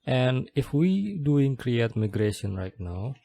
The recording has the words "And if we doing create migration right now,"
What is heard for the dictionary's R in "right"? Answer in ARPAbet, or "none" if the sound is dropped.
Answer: R